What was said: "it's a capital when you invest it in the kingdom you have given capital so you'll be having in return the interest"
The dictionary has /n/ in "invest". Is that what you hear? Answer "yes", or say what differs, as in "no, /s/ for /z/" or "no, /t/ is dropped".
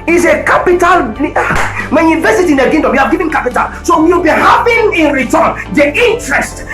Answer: no, /n/ is dropped